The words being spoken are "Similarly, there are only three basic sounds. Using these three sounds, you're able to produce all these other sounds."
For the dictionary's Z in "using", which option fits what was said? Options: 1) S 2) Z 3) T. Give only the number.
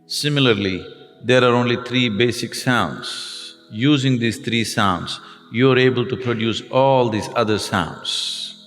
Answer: 2